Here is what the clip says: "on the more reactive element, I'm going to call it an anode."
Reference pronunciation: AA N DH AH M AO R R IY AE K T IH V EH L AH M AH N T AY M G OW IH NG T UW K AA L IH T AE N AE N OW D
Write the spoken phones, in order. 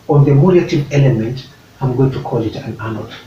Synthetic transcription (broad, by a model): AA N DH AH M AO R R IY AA T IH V EH L AH M AH N T AY M G OW IH NG T UW K AA L IH T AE N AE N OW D